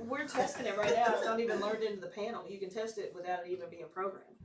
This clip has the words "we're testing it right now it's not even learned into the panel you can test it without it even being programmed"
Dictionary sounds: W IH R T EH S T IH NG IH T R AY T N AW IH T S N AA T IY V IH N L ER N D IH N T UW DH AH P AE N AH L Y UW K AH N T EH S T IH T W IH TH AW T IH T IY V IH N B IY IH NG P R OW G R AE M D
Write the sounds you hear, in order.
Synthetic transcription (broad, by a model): W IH R T EH S T IH NG IH T R AY T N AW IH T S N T IY V IH N L ER N D IH N T UW DH AH P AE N L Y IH K AH N T EH S T IH T W IH TH AW T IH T IY V IH N B IY IH NG P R OW G R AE M